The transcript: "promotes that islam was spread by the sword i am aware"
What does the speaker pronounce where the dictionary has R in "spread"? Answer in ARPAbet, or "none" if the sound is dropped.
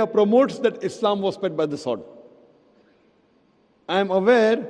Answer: none